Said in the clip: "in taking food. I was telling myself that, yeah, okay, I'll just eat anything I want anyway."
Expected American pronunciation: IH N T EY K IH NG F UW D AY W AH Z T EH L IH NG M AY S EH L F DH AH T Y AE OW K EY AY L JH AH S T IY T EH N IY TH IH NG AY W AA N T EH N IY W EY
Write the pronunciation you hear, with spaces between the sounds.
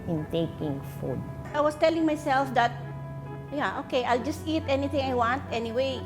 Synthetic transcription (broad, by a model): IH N T EY K IH NG F UW D AY W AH S T EH L IH NG M AY S EH L F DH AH T Y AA OW K EY AY L JH AH S T IY T EH N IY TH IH NG AY W AA N T EH N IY W EY